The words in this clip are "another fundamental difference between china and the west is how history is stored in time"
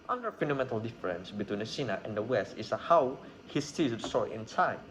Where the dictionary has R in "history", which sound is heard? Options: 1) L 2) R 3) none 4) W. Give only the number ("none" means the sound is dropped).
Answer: 3